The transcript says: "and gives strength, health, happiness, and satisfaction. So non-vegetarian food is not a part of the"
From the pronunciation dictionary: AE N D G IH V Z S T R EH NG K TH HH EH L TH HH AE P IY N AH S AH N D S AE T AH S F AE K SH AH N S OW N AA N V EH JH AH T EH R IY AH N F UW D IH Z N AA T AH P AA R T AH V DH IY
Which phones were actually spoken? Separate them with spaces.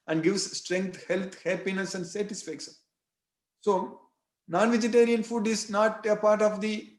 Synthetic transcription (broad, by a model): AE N D G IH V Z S T R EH NG K T HH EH L T HH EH P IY N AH S AH N D S AE T AH S F AE K SH AH N S OW N AA N V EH JH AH T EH R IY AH N F UW D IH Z N AA T AH P AA R T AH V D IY